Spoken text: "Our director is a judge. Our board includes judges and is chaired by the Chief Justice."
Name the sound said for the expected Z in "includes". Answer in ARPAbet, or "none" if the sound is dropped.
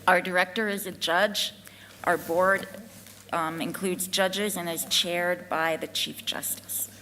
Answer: Z